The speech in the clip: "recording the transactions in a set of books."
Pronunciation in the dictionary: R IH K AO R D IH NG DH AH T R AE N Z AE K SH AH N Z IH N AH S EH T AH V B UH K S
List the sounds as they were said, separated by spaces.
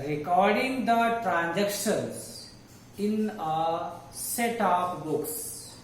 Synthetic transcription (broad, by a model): R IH K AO R D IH NG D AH T R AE N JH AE K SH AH N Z IH N AH S EH T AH P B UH K S